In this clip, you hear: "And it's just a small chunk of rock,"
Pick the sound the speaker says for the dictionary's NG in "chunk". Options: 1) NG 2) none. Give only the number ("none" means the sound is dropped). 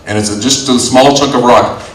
2